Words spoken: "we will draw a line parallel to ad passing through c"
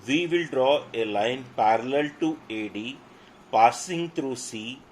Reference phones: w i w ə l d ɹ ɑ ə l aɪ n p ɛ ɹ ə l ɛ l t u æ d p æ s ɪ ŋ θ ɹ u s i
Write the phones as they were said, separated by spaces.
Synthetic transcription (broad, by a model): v i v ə l d ɹ ɑ ə l aɪ n p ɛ ɹ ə l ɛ l t u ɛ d p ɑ s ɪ ŋ t ɹ u s i